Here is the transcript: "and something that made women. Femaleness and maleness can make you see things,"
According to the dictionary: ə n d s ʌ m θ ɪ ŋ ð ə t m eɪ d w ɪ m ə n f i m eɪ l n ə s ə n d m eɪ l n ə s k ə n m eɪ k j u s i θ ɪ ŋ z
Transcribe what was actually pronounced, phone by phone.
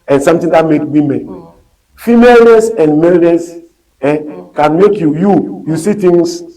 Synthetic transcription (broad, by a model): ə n s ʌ m t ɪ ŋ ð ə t m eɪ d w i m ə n f i m eɪ l n ə s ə n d m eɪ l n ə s k ə n m eɪ k j u s i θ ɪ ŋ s